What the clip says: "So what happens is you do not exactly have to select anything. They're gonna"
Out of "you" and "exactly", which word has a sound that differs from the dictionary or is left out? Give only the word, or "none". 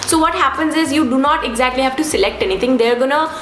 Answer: none